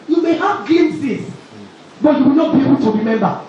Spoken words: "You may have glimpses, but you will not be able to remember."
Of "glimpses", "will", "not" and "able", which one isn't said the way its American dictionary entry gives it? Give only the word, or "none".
glimpses